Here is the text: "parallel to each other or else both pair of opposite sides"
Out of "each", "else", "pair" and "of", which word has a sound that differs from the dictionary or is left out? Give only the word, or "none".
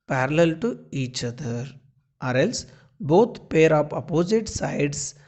of